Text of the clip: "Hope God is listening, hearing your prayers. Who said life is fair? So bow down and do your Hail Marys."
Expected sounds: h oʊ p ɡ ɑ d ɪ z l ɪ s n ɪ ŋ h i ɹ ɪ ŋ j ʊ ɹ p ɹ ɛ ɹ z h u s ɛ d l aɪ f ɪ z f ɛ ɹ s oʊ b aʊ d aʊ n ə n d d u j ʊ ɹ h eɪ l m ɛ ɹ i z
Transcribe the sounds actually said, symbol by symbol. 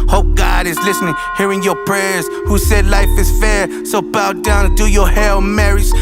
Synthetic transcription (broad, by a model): h oʊ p ɡ ɑ d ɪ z l ɪ s n ɪ ŋ h i ɹ ɪ ŋ j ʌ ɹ p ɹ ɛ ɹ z h u s ɛ d l aɪ f ɪ z f ɛ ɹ s oʊ b aʊ d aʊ ə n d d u j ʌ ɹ h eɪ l m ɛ ɹ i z